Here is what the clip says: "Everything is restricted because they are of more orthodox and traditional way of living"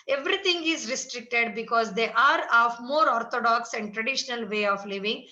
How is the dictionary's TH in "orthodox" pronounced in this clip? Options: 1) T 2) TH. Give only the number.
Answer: 1